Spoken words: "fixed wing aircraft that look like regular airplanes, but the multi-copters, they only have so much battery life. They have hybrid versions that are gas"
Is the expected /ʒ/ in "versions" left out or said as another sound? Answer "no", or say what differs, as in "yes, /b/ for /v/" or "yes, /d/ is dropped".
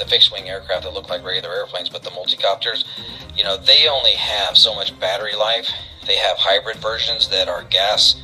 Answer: no